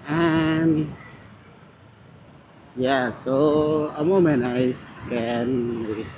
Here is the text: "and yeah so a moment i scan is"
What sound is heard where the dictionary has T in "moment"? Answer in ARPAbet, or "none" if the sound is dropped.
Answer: none